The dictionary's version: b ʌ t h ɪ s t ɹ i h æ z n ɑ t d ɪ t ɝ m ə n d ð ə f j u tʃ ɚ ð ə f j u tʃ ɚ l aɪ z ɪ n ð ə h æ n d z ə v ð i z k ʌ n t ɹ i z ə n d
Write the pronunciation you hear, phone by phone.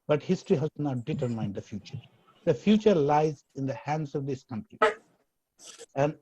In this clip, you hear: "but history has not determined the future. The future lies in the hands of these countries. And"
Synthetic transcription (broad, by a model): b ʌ t h ɪ s t ɹ i h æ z n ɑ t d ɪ t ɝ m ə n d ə f j u tʃ ɚ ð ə f j u tʃ ɚ l aɪ z ɪ n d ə h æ n d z ə v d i s k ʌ n t ɹ i ə n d